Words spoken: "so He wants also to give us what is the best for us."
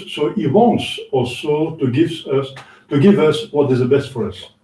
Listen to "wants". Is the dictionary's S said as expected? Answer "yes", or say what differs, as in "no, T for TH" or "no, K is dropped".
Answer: yes